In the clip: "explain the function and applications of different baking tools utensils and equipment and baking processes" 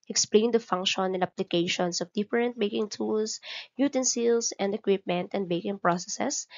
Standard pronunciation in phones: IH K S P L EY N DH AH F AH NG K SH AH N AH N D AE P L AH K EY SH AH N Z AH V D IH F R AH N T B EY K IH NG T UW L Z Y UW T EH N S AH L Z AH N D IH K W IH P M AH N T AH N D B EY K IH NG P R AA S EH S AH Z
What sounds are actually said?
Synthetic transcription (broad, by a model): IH K S P L EY N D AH F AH NG K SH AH N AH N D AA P L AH K EY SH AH N S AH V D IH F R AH N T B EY K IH NG T UW L S Y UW T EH N S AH L S AH N D IH K W IH P M AH N T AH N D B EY K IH NG P R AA S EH S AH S